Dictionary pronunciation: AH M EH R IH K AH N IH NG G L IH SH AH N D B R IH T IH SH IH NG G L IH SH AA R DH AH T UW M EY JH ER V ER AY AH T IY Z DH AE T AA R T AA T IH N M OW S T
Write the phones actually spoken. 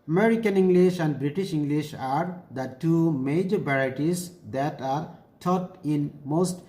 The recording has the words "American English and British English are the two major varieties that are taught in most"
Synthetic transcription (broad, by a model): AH M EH R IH K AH N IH NG G L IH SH AH N D B R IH T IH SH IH NG G L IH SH AA R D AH T UW M EY JH ER B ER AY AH T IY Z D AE T AA R T AA T IH N M OW S T